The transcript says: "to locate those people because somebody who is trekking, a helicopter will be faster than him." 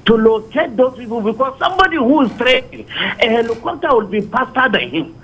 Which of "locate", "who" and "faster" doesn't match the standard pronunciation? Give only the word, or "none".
faster